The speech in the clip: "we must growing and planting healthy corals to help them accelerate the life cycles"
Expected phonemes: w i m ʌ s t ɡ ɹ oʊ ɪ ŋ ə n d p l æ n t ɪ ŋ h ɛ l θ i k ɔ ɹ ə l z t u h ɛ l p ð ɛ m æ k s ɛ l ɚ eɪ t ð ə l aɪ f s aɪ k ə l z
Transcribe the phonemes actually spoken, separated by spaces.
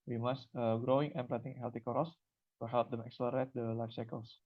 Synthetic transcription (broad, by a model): w i m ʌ s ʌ ɡ ɹ oʊ ɪ ŋ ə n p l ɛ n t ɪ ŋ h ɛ l t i k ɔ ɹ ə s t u h ɛ l p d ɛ m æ k s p l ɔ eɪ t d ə l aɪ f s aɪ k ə l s